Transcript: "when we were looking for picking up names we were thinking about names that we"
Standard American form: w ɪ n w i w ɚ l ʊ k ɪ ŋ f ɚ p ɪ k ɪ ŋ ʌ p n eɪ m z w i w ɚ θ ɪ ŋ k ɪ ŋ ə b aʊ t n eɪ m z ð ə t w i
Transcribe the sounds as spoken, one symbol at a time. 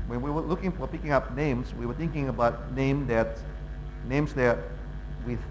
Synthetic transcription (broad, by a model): w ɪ n w i w ɚ l ʊ k ɪ ŋ f ɚ p ɪ k ɪ ŋ ʌ p n eɪ m z w i w ɚ θ ɪ ŋ k ɪ ŋ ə b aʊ t n eɪ m z ð ə t w i